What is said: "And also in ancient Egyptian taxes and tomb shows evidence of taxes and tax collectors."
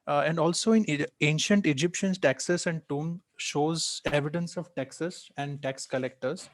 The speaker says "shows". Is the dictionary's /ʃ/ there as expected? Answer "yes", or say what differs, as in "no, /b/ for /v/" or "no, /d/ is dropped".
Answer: yes